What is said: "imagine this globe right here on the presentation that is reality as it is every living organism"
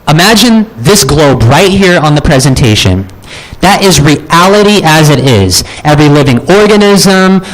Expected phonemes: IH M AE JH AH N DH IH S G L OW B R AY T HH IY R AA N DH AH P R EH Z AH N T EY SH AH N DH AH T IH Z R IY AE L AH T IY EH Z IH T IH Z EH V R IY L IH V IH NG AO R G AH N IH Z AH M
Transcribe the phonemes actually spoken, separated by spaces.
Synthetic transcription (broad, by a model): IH M AE JH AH N DH IH S G L OW B R AY T HH IY R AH N DH AH P R EH Z AH N T EY SH AH N DH AH T IH Z R IY AE L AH T IY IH Z IH T IH Z EH V R IY L IH V IH NG AO R G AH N IH Z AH M